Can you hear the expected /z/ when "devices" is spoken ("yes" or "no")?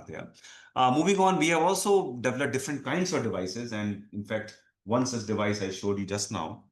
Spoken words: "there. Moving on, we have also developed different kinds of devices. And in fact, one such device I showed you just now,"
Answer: yes